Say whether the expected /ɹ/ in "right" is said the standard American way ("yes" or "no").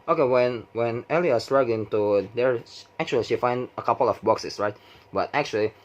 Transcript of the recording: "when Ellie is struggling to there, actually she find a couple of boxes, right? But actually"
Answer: yes